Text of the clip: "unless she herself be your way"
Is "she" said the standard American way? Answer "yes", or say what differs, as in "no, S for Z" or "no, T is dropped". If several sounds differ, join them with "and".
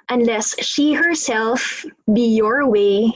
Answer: yes